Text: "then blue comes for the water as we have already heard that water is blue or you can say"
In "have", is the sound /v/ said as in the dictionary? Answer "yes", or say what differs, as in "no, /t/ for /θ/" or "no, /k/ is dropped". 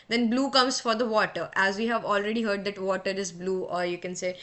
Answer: yes